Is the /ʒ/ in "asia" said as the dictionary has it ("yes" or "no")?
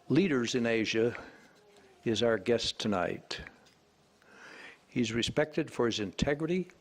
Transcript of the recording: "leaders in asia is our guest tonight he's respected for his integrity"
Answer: yes